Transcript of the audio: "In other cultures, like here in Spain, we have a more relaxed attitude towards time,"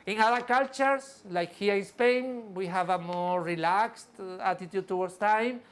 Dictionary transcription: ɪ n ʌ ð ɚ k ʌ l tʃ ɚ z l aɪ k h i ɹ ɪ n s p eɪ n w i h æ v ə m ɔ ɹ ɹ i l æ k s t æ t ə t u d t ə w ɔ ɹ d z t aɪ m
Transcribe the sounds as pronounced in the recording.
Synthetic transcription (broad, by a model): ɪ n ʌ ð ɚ k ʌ l tʃ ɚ s l aɪ k h i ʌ ɪ n s p eɪ n w i h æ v ə m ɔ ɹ ɹ i l æ k s t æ t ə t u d t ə w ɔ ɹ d s t aɪ m